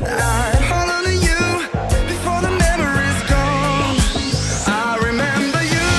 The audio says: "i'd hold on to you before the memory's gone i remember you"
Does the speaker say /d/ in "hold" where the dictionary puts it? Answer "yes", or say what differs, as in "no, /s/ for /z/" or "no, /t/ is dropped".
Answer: no, /d/ is dropped